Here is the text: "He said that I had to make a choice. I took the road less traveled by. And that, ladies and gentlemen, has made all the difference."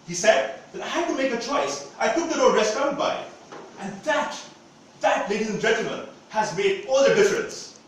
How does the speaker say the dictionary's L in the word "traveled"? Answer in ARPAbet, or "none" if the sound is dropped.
N